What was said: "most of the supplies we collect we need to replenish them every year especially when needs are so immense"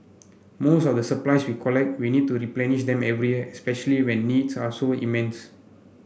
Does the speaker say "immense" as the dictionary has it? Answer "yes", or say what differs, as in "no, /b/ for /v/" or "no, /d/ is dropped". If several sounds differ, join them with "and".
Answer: yes